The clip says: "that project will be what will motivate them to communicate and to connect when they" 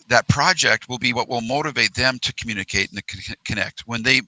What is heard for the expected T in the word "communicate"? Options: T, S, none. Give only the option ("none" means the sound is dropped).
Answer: none